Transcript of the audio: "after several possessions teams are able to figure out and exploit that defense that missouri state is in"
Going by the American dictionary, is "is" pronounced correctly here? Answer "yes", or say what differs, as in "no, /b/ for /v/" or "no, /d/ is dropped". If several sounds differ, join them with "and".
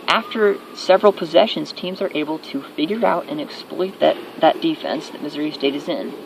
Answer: yes